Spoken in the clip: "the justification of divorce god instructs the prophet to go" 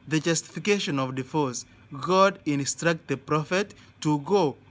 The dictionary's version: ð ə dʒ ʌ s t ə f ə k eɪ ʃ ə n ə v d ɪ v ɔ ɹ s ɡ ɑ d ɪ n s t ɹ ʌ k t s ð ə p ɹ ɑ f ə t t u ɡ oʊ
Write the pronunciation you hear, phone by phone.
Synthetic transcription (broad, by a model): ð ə dʒ ʌ s t ə f ə k eɪ ʃ ə n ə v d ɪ f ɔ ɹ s ɡ ɑ d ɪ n s t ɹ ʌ k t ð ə p ɹ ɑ f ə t t u ɡ oʊ